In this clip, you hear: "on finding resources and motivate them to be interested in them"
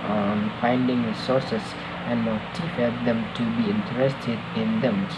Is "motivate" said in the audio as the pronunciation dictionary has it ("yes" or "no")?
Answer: no